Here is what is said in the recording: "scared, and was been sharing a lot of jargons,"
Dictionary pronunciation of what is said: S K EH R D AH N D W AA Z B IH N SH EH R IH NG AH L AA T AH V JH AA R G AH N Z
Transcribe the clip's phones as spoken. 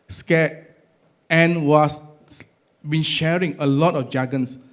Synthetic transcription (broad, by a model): S K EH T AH N W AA S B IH N SH EH R IH NG AH L AA T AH F JH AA G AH N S